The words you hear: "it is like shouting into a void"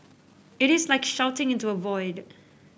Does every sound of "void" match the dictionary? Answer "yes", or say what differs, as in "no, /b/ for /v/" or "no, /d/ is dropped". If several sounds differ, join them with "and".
yes